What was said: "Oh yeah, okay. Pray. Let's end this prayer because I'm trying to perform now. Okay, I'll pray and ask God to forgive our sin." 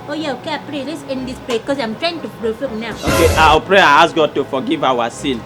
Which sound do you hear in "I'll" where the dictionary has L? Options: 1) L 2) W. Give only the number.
2